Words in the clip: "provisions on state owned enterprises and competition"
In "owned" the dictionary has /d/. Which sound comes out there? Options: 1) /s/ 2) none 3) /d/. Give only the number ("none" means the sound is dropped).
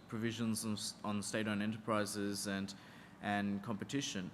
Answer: 2